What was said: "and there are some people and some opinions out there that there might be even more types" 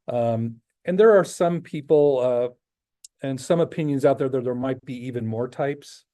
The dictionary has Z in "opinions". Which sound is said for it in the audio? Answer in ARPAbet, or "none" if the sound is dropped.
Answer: Z